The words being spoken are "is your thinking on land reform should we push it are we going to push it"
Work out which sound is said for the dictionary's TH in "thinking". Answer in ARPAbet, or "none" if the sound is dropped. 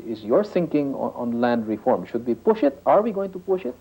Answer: S